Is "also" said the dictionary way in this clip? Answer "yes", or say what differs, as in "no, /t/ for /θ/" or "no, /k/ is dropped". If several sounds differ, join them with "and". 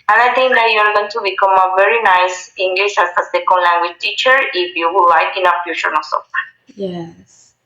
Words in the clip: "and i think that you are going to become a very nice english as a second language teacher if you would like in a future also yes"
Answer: no, /n/ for /l/